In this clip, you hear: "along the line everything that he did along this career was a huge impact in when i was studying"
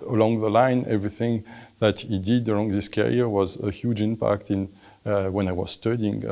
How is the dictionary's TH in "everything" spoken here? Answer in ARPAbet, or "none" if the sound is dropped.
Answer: TH